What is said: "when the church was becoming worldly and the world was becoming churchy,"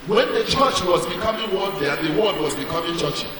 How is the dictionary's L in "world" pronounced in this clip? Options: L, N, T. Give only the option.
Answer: N